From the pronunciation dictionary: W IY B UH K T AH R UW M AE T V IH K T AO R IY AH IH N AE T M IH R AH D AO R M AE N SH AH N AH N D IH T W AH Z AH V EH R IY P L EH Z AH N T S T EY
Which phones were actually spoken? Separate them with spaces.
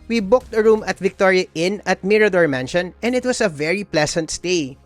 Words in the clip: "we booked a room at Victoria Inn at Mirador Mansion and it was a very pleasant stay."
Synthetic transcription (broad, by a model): W IY B UH K T AH R UW M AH T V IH K T AO R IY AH IH N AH T M IH R AH D AO R M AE N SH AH N AH N D IH T W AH S AH V EH R IY P L EH S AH N T S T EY